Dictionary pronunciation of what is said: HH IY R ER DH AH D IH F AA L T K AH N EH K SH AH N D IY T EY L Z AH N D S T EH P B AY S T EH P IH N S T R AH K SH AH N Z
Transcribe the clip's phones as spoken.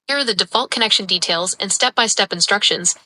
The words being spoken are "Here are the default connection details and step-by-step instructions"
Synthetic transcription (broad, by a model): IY R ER DH AH D IH F AA L T K AH N EH K SH AH N D IY T EY L Z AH N S T EH P B AY S T EH P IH N S T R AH K SH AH N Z